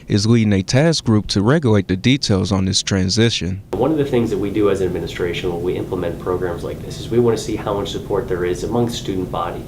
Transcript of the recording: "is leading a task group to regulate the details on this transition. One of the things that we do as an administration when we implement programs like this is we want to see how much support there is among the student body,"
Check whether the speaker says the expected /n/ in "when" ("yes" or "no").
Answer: no